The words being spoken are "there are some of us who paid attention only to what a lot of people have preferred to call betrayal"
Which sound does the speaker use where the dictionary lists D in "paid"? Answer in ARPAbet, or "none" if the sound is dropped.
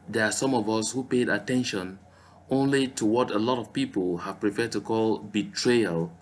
D